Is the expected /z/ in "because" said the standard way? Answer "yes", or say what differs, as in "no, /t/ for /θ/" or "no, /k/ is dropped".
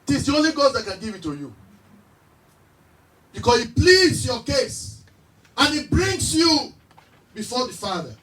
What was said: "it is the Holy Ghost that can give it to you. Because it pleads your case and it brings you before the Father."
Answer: no, /s/ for /z/